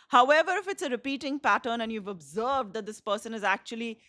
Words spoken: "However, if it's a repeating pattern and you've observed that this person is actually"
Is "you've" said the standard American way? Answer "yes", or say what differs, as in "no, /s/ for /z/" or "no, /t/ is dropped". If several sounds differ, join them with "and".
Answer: yes